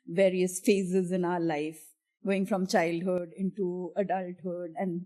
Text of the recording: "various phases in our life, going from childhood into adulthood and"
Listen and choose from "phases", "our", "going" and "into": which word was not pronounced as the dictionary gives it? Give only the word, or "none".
none